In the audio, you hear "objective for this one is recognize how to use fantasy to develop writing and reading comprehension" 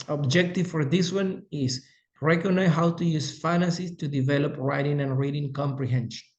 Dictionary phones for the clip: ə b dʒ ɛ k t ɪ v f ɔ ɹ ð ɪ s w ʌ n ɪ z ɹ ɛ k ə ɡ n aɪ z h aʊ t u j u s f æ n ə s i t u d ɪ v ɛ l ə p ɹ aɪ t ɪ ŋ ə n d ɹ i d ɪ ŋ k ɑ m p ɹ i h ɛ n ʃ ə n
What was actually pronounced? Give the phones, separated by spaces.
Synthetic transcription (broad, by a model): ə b dʒ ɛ k t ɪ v f ɔ ɹ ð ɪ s w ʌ n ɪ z ɹ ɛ k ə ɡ n aɪ h aʊ t u j u s f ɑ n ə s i t u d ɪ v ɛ l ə p ɹ aɪ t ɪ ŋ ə n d ɹ i d ɪ ŋ k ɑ m p ɹ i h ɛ n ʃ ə n